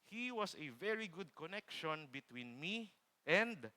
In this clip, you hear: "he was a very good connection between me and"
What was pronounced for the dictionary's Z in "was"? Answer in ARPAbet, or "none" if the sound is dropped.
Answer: S